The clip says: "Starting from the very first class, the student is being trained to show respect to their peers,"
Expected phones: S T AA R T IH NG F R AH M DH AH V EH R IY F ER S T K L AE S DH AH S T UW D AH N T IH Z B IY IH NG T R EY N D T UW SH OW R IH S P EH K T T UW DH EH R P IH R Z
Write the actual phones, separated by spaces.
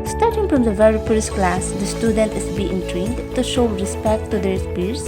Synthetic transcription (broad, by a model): S T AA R T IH NG F R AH M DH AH V EH R IY P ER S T K L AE S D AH S T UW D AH N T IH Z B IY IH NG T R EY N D T UW SH OW R IH S P EH K T T UW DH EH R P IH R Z